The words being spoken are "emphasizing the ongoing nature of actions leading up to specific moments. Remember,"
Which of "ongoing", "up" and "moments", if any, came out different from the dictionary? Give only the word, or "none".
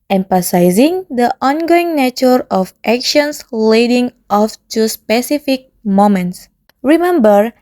up